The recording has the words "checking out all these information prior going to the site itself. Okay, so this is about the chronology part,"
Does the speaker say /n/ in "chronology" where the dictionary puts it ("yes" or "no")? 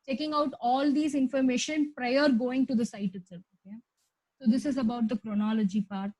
yes